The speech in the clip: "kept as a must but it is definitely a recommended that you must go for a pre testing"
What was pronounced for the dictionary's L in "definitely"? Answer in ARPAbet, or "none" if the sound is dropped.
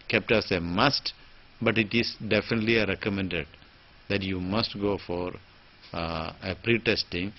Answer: L